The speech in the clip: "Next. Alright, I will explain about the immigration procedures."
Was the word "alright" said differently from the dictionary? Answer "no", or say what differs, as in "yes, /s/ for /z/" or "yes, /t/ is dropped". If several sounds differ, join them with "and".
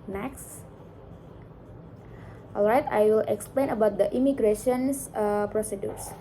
no